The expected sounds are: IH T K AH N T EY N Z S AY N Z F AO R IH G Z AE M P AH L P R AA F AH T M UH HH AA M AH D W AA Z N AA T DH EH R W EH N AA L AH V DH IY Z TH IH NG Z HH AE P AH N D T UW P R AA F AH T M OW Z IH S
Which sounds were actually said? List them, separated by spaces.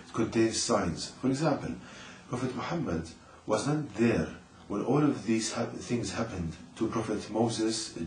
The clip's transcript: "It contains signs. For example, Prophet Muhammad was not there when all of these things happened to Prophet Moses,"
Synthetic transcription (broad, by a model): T K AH N T EY N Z S AY N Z F AO R IH G Z AE M P AH L P R AA F AH T M UH HH AA M AH D W AA Z N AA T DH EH R W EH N AA L AH V DH IY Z TH IH NG Z HH AE P AH N D T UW P R AA F AH T M OW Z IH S